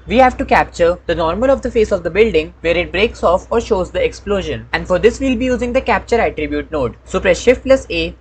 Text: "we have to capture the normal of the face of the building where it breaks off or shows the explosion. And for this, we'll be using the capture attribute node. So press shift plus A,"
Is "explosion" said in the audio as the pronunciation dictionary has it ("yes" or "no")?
yes